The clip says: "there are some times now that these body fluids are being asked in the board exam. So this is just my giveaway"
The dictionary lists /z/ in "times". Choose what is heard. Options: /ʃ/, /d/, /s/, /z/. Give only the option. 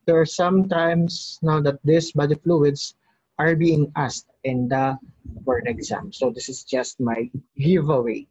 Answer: /s/